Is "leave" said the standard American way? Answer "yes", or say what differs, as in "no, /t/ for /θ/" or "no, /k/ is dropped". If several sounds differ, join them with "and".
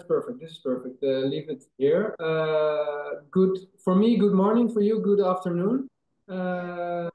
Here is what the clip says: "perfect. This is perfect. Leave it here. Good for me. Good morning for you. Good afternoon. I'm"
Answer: yes